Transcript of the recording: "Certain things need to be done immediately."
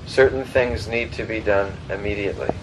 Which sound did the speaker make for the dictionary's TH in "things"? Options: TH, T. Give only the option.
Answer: TH